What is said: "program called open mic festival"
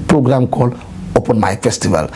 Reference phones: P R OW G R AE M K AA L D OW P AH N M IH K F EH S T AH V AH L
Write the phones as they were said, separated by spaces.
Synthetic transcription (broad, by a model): P R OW G R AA M K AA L OW P AH N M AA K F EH S T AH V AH L